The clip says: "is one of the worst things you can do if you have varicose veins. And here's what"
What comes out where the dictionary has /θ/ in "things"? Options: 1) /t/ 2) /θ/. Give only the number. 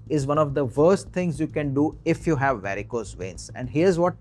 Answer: 1